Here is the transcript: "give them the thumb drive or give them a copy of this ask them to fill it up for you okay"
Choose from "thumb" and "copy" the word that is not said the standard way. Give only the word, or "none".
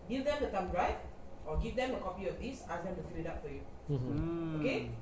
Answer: thumb